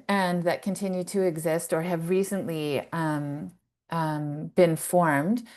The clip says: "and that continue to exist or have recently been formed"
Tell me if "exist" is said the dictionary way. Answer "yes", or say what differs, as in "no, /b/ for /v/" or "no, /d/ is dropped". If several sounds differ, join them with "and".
yes